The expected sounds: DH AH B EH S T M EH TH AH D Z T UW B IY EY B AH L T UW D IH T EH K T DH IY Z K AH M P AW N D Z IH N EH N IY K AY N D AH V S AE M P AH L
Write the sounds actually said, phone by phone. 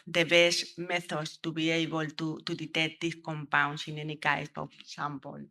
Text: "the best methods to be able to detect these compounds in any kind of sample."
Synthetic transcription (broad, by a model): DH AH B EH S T M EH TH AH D S T UW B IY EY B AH L T UW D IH T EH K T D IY S K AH M P AW N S IH N EH N IY K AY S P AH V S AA M P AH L